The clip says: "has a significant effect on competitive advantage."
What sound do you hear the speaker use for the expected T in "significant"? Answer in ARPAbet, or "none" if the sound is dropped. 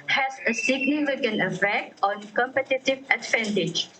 none